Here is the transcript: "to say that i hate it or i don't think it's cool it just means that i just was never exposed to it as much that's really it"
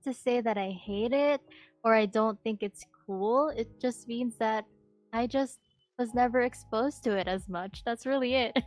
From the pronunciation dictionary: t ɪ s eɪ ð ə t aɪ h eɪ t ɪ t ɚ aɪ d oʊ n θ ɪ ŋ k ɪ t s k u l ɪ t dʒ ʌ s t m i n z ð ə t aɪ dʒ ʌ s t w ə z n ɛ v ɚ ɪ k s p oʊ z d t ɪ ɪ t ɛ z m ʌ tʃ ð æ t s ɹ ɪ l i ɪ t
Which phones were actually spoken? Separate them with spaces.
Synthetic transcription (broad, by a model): t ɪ s eɪ ð ə t aɪ h eɪ t ɪ t ɚ aɪ d oʊ n θ ɪ ŋ k ɪ t s k u l ɪ t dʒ ʌ s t m i n z ð ə t aɪ dʒ ʌ s t w ə z n ɛ v ɚ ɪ k s p oʊ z t ɪ ɪ t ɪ z m ʌ tʃ ð æ t s ɹ ɪ l i ɪ t